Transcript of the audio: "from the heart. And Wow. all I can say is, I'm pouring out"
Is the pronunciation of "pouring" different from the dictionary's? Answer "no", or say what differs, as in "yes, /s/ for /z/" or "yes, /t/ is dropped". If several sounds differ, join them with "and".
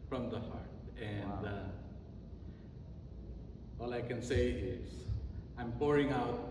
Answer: no